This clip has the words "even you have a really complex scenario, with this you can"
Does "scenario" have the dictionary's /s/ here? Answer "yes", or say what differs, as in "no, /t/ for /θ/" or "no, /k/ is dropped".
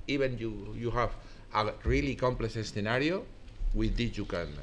no, /θ/ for /s/